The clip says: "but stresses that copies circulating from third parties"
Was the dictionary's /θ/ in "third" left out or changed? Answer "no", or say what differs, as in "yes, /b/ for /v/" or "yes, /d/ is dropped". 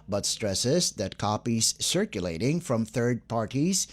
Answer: no